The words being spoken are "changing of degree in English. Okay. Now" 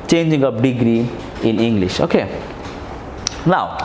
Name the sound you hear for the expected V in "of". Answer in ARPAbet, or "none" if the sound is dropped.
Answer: P